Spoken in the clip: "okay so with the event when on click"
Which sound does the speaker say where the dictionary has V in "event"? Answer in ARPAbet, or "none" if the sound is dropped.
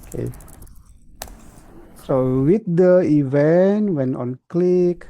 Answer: V